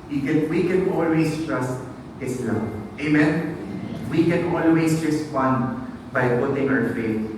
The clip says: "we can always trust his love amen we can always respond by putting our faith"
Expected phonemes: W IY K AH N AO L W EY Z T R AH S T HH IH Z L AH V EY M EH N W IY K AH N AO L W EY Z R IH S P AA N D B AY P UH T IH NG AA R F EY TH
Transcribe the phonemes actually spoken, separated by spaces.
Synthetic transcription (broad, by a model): W IY K AH N AO L W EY S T R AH S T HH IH S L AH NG EY M EH N W IY K AH N AO L W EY S R IH S P AA N D B AY P UH T IH NG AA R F EY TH